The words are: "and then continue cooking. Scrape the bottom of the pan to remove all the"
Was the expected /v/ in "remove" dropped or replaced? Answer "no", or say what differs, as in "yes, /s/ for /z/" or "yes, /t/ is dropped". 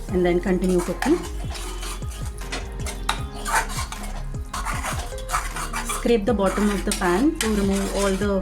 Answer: yes, /v/ is dropped